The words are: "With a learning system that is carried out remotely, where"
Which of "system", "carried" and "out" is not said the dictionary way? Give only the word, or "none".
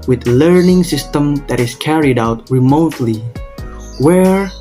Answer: none